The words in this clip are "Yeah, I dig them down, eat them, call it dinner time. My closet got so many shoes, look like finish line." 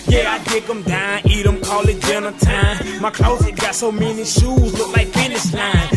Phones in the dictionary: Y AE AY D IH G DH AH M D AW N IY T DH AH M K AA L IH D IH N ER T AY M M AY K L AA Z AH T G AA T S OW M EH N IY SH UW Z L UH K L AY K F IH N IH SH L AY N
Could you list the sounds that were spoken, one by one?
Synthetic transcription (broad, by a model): Y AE AY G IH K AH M D AW N IY T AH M K AA L IH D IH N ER T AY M M AY K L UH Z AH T G AA T S OW M EH N IY SH UW Z L UH K L AY K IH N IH S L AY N